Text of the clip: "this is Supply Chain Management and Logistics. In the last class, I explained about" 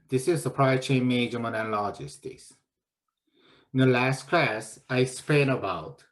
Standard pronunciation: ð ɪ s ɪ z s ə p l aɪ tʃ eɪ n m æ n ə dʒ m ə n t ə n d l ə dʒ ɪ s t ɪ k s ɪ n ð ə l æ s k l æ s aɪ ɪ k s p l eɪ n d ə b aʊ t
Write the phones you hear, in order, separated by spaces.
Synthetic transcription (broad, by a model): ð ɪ s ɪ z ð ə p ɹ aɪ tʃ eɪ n m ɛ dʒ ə m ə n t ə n l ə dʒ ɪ s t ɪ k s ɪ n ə l æ s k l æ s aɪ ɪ s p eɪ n ə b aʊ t